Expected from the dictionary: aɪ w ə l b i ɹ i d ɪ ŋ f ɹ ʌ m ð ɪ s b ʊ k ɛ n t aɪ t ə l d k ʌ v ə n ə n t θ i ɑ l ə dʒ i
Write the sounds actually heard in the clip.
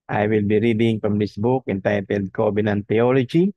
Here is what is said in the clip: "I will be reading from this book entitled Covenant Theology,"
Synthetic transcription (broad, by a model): aɪ w ə l b i ɹ i d ɪ ŋ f ɹ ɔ m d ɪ s b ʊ k ɛ n t aɪ t ə l d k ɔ b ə n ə n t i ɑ l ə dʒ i